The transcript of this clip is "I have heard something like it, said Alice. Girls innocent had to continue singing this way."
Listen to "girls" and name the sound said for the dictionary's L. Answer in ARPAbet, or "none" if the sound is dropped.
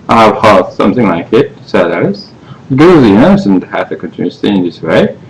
none